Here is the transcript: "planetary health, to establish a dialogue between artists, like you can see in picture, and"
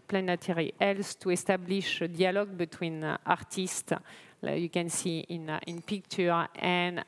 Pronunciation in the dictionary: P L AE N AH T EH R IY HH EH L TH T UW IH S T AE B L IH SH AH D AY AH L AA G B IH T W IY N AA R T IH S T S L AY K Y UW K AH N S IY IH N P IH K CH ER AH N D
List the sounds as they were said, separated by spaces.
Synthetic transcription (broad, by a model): P L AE N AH T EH R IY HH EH L S T UW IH S T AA B L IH SH AH D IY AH L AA G B IH T W IY N AA R T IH S T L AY Y UW K AH N S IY IH N P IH K CH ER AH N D